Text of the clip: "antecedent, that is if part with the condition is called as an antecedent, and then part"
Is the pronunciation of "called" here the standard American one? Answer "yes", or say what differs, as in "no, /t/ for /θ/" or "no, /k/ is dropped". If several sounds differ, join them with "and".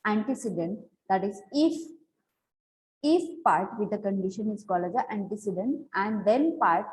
no, /d/ is dropped